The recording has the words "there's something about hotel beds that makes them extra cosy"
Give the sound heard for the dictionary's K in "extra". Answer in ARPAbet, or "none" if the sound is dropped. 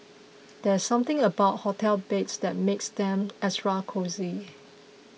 none